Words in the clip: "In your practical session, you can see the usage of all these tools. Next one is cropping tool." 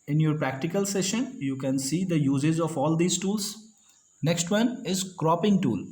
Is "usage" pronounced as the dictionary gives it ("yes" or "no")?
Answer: no